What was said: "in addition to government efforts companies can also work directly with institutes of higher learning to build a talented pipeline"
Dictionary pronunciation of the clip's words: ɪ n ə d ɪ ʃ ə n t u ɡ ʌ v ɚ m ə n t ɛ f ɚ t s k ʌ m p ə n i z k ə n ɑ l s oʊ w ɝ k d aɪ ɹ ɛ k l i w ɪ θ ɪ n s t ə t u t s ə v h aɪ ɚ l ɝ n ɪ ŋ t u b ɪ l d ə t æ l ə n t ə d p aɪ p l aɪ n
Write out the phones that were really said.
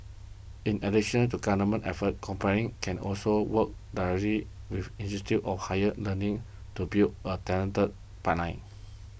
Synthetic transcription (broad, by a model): ɪ n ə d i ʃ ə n t u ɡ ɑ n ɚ m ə n t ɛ f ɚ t k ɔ m p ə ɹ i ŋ k ə n ɑ l s oʊ w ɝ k d aɪ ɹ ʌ l i w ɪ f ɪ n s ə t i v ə f h aɪ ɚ l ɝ n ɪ ŋ t u b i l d ə t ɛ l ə n t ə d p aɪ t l aɪ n